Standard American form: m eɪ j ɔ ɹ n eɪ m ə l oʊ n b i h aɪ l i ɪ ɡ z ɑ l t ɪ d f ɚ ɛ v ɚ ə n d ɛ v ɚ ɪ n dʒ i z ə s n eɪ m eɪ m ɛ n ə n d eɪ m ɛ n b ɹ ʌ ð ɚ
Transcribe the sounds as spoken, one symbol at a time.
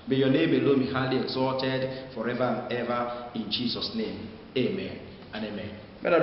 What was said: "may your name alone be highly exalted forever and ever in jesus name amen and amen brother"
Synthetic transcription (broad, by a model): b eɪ j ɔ n eɪ m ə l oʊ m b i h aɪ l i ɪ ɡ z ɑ t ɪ d f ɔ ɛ v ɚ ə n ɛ v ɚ ɪ n dʒ i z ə s n eɪ m eɪ m ɛ n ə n eɪ m ɛ n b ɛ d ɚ